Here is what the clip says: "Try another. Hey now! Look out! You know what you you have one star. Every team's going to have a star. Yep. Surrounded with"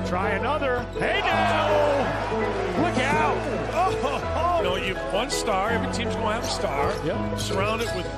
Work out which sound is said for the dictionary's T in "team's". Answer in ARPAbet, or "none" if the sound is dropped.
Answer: S